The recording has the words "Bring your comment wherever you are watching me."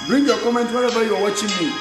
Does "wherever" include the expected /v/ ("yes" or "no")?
no